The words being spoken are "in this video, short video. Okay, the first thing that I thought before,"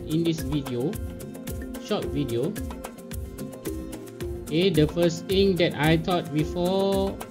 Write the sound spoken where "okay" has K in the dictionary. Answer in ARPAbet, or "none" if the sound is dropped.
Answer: none